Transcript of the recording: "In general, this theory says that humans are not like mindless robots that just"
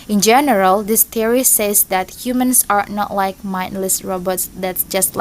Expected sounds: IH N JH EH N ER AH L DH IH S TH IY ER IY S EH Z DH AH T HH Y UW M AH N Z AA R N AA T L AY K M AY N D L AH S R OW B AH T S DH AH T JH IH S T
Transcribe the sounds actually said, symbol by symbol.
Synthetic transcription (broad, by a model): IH N JH EH N ER AH L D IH S T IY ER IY S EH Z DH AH T HH Y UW M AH N S AA R N AA T L AY K M AY N D L AH S R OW B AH T S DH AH T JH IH S T